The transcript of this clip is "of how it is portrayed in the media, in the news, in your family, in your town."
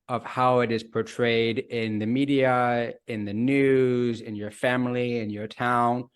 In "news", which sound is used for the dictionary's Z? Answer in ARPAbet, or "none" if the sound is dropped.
Z